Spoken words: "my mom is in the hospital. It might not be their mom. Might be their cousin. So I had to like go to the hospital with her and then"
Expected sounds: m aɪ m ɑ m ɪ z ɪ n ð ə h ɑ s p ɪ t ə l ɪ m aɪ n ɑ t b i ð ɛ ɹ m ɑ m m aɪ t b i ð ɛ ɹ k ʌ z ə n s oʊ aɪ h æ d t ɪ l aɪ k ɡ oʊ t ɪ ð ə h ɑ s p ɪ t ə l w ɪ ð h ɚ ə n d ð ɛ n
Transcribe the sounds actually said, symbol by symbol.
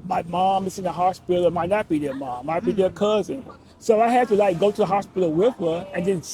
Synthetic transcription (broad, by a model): m aɪ m ɑ m ɪ z ɪ n ð ə h ɑ s p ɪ t l m aɪ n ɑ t b i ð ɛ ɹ m ɑ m m aɪ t b i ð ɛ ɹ k ʌ z ə n s oʊ aɪ h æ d t ɪ l aɪ k ɡ oʊ t ɪ ð ə h ɑ s p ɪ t l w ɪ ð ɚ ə n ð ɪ n